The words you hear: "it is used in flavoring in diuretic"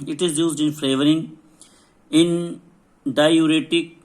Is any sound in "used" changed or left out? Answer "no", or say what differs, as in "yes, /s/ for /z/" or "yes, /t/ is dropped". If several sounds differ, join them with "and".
no